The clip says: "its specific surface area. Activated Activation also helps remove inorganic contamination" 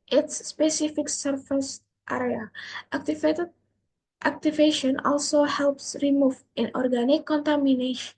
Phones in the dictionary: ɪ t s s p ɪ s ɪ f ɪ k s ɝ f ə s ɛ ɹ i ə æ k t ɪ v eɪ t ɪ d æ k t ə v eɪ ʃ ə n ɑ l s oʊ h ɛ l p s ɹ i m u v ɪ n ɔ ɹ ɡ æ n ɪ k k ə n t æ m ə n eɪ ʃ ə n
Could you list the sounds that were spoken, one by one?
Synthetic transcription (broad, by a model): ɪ t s s p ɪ s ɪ f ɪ k s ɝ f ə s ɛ ɹ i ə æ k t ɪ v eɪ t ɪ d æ k t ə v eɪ ʃ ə n ɑ l s oʊ h ɛ l p s ɹ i m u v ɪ n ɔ ɹ ɡ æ n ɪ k k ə n t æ m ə n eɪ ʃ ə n